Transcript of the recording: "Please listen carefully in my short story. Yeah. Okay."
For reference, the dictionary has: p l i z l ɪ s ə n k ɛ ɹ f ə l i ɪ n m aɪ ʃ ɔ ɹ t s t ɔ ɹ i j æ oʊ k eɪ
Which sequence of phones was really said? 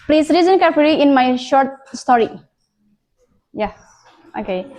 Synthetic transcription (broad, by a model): p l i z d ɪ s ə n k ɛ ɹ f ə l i ɪ n m aɪ ʃ ɔ ɹ t s t ɔ ɹ i j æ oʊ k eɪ